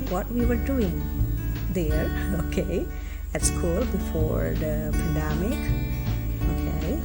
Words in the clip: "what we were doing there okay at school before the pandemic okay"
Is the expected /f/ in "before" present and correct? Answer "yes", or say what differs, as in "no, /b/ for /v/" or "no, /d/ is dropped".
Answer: yes